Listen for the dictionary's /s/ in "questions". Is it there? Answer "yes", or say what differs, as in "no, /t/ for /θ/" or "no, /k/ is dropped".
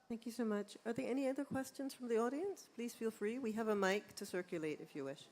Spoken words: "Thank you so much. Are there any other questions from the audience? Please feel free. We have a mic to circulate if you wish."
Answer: yes